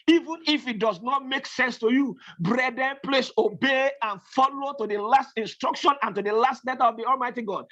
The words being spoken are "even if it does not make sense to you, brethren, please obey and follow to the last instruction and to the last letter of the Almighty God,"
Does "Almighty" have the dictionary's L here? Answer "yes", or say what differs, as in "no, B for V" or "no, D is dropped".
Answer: yes